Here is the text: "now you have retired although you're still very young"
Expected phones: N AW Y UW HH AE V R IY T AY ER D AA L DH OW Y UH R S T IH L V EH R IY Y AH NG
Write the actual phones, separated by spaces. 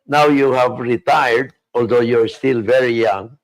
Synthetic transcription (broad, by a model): N AW Y UW HH AE V R IY T AY ER D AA L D OW Y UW R S T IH L V EH R IY Y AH NG